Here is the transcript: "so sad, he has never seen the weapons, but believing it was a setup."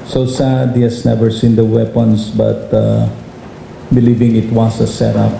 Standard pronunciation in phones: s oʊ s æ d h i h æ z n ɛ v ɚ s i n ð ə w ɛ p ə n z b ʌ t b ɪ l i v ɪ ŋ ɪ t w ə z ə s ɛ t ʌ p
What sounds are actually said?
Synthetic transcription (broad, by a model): s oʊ s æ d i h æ s n ɛ v ɚ s i n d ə w ɛ p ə n s b ʌ t b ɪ l i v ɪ ŋ ɪ t w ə s ə s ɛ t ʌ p